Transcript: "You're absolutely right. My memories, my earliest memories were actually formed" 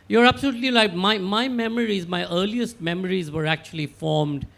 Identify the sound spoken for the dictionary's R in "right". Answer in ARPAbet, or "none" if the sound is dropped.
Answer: L